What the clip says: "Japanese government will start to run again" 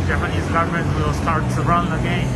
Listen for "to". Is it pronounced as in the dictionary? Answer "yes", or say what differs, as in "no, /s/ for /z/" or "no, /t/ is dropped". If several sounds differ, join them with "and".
no, /s/ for /t/